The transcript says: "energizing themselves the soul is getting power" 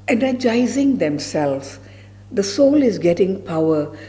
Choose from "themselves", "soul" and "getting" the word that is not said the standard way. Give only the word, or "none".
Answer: themselves